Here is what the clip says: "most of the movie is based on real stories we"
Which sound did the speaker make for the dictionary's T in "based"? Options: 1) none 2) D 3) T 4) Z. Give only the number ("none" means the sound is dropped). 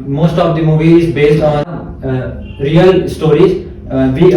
3